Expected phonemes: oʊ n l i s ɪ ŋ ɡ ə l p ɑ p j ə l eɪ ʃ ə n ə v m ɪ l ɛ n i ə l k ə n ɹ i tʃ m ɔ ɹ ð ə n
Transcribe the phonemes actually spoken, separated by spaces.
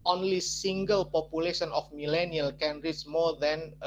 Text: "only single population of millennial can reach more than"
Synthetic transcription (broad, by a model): oʊ n l i s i ŋ ɡ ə l p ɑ p j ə l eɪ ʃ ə n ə f m ɪ l ɛ n i ə l k ə n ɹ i s m ɔ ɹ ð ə n